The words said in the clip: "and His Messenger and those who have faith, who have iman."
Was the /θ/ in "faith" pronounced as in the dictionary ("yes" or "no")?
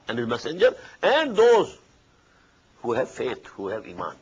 no